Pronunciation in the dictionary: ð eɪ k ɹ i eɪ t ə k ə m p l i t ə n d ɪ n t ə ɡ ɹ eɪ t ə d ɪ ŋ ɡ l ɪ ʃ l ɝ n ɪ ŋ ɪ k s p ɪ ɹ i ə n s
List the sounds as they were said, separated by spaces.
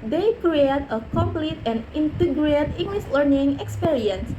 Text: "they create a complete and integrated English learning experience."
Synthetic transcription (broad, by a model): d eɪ k ɹ i eɪ t ə k ə m p l i t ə n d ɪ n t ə ɡ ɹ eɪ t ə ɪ ŋ ɡ l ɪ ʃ l ɝ n ɪ ŋ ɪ k s p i ɹ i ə n s